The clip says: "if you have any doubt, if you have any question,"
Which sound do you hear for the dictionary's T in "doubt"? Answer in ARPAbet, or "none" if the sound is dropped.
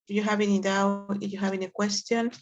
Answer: none